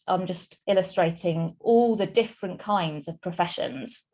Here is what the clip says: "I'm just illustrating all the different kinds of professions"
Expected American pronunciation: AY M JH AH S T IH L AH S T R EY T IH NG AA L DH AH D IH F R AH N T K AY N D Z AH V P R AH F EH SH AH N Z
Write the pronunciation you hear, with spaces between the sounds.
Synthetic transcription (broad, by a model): AY M JH AH S T IH L AH S T R EY T IH NG AA L DH AH D IH F R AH N K AY N D Z AH V P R AH F EH SH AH N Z